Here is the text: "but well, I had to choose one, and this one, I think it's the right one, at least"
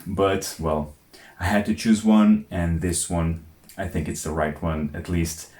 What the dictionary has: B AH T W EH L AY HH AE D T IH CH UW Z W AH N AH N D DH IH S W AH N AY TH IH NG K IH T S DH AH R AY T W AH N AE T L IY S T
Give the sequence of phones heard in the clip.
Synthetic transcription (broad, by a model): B AH T W EH L AY HH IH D T IH CH UW Z W AH N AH N DH IH S W AH N AY TH IH NG K IH T S DH AH R AY T W AH N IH T L IY S T